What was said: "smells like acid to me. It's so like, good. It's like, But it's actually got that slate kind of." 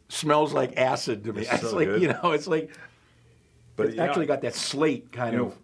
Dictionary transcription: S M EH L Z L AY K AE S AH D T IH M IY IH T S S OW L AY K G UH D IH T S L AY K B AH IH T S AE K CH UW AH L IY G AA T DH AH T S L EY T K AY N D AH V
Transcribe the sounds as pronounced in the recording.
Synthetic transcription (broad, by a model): S M EH L Z L AY K AE S AH D T IH M IY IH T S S L AY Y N UH IH T S L AY K B AH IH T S AE K CH UW AH L IY G AA T DH AH T S L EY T K AY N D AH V